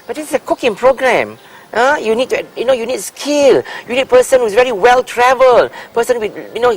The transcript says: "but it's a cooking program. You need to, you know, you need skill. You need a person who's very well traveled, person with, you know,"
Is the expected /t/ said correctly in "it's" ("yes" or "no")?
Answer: no